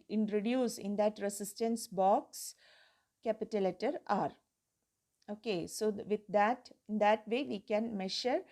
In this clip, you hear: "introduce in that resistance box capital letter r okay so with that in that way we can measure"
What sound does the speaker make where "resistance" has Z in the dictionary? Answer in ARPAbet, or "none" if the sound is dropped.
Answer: S